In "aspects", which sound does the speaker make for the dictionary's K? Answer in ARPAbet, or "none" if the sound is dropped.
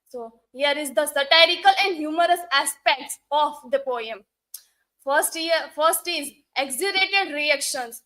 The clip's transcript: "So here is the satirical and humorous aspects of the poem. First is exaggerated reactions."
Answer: K